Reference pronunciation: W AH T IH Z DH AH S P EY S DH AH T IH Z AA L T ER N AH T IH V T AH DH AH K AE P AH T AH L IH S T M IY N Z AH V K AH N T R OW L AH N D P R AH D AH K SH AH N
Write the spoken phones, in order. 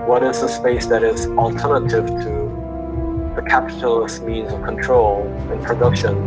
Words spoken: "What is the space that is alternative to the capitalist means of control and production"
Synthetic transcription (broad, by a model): W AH T IH Z DH AH S P EY S DH AH T IH Z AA L T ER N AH T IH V T AH DH AH K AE P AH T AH L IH S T M IY N Z AH V K AH N T R OW L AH N P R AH D AH K SH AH N